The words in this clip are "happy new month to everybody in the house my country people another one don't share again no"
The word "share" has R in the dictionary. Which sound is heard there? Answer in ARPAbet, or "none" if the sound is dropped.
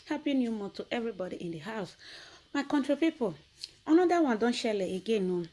L